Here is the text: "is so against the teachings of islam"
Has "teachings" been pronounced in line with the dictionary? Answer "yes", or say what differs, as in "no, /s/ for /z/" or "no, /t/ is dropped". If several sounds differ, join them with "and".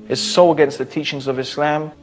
yes